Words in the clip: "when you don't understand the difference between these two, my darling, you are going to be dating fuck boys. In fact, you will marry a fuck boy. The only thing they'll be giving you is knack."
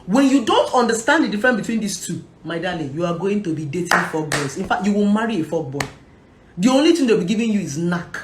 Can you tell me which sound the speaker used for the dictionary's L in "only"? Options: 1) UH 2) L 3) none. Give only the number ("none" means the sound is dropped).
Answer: 2